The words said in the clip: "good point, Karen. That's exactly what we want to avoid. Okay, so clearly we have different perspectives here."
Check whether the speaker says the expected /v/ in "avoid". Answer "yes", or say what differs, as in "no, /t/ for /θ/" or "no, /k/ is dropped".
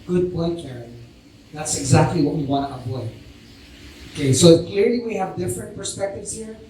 no, /p/ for /v/